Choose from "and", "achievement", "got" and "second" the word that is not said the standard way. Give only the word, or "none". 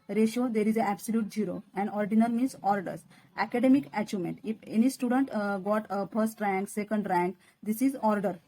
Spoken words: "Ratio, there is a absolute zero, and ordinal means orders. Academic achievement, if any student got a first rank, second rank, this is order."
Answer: achievement